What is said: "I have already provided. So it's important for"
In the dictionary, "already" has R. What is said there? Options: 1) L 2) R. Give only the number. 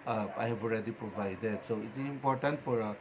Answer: 2